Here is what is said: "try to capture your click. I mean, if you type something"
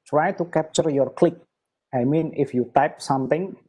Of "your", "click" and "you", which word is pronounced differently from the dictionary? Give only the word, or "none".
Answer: none